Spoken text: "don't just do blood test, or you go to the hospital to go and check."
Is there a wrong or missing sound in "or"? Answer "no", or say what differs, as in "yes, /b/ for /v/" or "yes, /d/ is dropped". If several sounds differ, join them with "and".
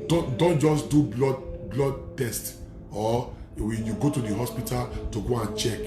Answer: yes, /w/ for /ɹ/